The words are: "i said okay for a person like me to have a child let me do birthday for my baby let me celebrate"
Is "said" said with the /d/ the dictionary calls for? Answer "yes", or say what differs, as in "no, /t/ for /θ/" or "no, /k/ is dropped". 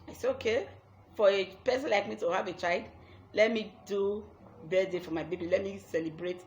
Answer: no, /d/ is dropped